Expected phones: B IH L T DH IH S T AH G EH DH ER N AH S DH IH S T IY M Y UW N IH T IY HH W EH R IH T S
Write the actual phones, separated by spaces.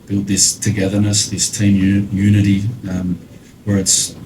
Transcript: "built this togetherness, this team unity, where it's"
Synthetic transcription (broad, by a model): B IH L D DH IH S T AH G EH DH ER N AH S DH IH S T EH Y Y UW N IH T IY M W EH R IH T S